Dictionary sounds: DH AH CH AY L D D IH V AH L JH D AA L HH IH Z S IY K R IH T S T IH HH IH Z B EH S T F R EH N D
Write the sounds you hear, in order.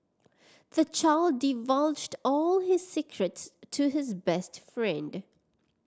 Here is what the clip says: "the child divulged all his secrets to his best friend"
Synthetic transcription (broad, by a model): DH AH CH AY L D D IH V AH L JH D AA L HH IH Z S IY K R IH T S T IH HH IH Z B EH S T F R EH N D